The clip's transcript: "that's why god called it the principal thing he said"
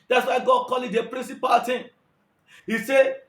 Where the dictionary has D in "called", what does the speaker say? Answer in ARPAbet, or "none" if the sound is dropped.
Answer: none